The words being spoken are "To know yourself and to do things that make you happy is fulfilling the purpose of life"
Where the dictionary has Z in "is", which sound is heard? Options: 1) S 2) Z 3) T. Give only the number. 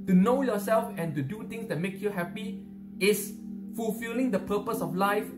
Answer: 1